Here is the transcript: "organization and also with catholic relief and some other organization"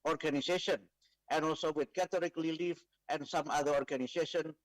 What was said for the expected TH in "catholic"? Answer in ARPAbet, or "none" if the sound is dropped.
T